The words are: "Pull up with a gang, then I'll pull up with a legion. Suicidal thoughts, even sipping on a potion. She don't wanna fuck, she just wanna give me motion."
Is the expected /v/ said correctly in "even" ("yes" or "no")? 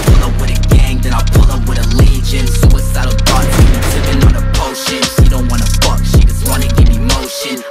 no